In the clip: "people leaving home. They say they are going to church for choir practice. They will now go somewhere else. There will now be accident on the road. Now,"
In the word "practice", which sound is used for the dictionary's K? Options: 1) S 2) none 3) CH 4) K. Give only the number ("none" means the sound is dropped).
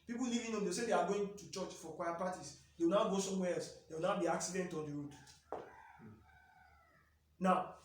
2